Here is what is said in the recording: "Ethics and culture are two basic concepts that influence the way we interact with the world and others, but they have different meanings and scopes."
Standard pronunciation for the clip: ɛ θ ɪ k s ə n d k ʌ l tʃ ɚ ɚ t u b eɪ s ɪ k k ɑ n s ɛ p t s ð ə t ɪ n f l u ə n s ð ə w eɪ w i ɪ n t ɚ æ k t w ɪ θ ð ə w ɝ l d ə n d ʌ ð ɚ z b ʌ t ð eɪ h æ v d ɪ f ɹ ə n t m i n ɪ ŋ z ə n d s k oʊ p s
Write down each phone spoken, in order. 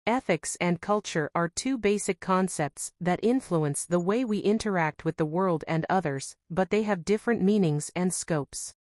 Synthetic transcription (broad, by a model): ɛ θ ɪ k s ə n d k ʌ l tʃ ɚ ɚ t u b eɪ s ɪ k k ɑ n s ɛ p t s ð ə t ɪ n f l u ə n s ð ə w eɪ w i ɪ n t ɚ æ k t w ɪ ð ə w ɝ l d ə n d ʌ ð ɚ z b ʌ t ð eɪ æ v d ɪ f ɹ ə n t m i n ɪ ŋ z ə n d s k oʊ p s